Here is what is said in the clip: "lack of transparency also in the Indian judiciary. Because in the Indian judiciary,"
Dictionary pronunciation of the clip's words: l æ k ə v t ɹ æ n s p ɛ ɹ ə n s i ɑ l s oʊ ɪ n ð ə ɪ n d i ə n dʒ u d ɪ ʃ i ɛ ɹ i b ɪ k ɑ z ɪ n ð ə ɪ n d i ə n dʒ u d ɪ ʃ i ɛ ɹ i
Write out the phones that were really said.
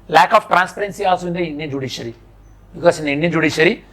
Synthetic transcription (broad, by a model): l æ k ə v t ɹ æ n s p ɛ ɹ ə n s i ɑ s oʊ ɪ n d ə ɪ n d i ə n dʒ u d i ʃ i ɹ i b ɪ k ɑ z ɪ n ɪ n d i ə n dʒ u d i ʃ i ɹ i